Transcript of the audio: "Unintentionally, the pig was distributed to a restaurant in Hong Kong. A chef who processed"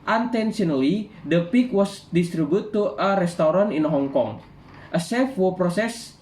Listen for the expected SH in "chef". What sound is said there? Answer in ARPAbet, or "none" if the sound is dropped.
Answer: S